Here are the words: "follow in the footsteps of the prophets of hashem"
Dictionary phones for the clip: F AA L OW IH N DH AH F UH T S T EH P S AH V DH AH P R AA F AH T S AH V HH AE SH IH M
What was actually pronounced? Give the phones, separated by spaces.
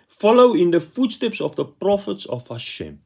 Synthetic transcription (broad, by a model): F AA L OW IH N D AH F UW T S T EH P S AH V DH AH P R AA F AH T S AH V HH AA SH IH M